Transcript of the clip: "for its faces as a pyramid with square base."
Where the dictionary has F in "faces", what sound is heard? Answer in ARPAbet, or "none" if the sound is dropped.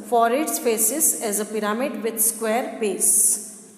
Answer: P